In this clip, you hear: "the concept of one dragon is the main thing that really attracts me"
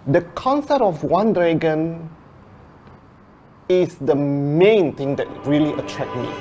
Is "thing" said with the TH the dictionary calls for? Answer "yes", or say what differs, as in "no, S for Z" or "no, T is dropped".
no, T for TH